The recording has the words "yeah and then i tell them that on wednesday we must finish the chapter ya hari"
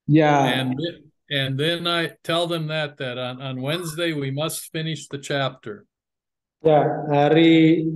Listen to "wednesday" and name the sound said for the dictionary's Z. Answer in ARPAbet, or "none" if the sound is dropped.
Z